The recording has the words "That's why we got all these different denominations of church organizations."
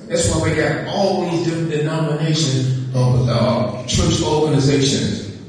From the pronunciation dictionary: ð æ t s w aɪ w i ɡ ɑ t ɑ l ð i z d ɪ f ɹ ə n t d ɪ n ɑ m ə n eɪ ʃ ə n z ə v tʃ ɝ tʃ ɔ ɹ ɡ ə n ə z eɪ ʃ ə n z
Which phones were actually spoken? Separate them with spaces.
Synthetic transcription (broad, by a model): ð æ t s w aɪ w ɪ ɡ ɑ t ɑ l ð i z d ɪ f ɹ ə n d ɪ n ɑ m ə n eɪ ʃ ə n z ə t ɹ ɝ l ɔ ɹ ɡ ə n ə z eɪ ʃ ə n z